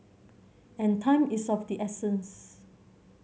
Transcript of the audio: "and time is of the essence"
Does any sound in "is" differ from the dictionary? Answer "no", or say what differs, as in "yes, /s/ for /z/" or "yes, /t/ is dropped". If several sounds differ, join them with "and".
yes, /s/ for /z/